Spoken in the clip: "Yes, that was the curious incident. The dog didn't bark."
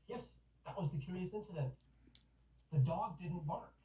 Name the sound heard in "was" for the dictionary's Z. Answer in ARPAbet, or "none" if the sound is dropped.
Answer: Z